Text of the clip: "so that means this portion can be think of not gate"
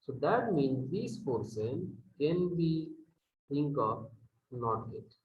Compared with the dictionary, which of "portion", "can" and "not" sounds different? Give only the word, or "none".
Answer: portion